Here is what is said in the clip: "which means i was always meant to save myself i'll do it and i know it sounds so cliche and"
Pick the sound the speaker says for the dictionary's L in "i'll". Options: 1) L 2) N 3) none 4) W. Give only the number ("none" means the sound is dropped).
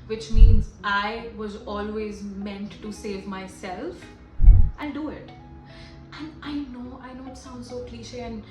2